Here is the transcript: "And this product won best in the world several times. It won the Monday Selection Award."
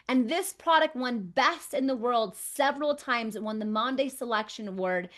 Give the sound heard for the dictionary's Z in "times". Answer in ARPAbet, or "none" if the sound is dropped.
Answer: Z